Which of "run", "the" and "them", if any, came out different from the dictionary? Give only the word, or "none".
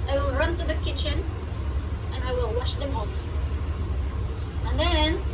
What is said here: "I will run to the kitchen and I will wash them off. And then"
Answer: none